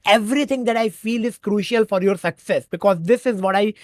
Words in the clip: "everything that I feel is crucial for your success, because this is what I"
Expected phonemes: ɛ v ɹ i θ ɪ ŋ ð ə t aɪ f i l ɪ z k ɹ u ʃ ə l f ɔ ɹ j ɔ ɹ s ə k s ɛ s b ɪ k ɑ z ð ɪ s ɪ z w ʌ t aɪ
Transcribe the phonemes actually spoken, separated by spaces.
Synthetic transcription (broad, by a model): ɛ v ɹ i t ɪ ŋ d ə t aɪ f i l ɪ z k ɹ u ʃ ə l f ɔ ɹ j ɔ ɹ s ə k s ɛ s b ɪ k ɑ z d ɪ s ɪ z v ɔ t aɪ